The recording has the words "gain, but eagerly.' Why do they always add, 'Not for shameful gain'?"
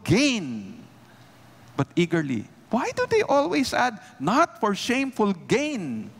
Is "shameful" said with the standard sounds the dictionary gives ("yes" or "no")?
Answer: yes